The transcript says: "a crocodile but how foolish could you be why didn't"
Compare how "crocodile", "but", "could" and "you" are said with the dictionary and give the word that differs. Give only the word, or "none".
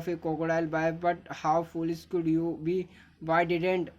crocodile